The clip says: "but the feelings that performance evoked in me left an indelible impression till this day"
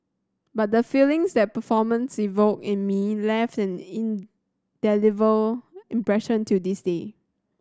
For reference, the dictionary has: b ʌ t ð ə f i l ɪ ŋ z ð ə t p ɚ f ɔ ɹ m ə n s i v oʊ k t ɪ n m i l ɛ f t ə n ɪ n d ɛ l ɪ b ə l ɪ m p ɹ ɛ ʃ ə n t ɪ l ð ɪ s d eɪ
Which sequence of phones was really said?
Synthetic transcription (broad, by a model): b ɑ t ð ə f i l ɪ ŋ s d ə t p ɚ f ɔ m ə n s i v oʊ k ɪ n m i l ɛ f t ə n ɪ n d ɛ l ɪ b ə l ɪ m p ɹ ɛ ʃ ə n t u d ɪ s d eɪ